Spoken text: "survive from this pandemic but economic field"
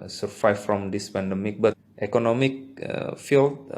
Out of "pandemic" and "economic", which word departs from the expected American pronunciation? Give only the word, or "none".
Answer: none